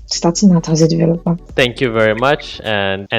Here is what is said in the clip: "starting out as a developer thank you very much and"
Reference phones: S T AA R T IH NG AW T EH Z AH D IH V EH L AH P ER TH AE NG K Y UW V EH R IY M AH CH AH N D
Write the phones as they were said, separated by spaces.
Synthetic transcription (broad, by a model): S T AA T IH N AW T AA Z AH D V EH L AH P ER T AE NG K Y UW V EH R IY M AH CH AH N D